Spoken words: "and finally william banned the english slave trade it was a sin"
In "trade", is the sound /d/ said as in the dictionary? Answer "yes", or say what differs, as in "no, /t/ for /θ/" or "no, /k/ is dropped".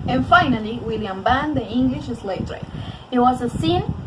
no, /d/ is dropped